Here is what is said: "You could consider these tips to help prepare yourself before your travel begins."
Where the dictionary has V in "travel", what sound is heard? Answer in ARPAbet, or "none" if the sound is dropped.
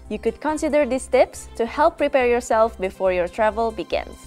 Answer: V